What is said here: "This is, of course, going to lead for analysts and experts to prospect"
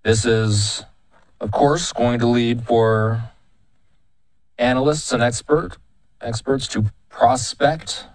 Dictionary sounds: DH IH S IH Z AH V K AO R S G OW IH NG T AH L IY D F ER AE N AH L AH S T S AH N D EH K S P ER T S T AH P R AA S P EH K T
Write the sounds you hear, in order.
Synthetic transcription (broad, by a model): DH IH S IH Z AH V K AO R S G OW IH NG T AH L IY D F ER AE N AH L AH S T S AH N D EH K S P ER T S T AH P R AA S P EH K T